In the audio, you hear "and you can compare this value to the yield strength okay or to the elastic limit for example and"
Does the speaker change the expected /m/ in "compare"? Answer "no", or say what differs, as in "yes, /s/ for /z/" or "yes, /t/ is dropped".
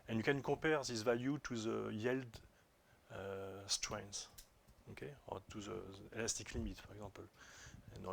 yes, /m/ is dropped